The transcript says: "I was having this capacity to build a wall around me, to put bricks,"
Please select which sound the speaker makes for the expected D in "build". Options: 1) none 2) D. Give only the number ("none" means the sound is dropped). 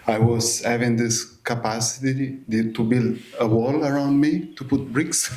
2